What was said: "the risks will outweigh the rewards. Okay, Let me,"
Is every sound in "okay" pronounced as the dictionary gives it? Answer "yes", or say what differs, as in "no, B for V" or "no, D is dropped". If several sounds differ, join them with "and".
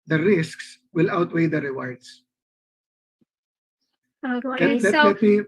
no, K is dropped